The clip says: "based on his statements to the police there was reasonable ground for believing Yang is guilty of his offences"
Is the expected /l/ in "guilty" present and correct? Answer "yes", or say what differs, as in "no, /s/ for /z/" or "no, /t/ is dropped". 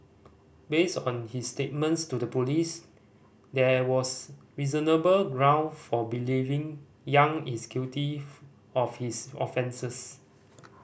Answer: no, /l/ is dropped